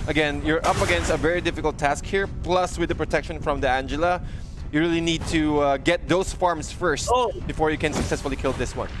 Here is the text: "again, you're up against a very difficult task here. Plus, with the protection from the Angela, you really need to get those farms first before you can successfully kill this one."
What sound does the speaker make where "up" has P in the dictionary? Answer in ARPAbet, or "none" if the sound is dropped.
P